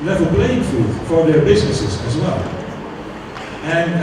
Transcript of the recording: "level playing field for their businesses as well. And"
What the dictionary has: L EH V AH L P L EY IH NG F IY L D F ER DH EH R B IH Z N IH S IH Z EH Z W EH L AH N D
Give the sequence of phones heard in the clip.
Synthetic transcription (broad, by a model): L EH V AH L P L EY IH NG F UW D F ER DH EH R B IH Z N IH S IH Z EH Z W EH L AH N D